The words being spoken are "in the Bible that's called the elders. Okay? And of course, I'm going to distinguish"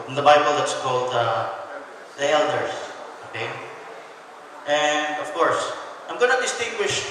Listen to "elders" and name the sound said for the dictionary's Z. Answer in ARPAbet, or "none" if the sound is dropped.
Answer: S